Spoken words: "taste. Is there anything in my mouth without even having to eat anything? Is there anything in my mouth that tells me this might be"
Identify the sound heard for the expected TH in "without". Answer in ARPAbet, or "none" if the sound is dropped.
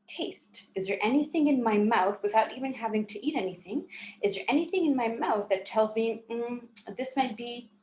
TH